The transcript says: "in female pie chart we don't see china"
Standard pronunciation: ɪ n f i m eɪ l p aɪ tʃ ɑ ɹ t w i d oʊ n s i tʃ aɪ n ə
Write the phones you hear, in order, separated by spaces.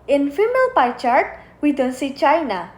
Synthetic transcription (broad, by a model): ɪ n f i m eɪ l p aɪ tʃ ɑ ɹ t w i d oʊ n s i tʃ aɪ n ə